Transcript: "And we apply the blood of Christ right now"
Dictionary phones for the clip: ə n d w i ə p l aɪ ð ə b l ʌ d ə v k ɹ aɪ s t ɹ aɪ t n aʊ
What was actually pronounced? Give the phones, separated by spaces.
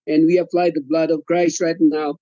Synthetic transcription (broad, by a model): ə n w i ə f l aɪ ð ə b l ʌ d ə v k ɹ aɪ s t ɹ aɪ t n aʊ